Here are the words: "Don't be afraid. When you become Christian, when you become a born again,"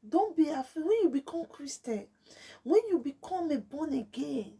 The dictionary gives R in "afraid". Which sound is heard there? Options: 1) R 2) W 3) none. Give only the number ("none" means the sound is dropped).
3